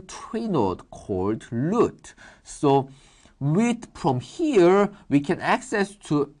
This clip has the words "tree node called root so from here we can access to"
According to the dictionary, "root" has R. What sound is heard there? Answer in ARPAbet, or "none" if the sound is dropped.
L